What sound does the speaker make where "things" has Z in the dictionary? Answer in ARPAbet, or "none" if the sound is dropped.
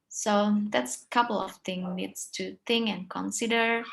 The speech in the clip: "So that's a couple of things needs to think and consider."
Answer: none